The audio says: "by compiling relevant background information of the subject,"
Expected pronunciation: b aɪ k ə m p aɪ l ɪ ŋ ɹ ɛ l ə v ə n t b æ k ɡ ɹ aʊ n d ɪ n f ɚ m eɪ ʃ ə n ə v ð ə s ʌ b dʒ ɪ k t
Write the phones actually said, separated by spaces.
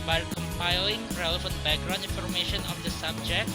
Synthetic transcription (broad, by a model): b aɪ k ə m p aɪ l ɪ ŋ ɹ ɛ l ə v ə n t b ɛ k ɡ ɹ aʊ n i n f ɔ m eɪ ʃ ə n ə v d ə s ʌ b dʒ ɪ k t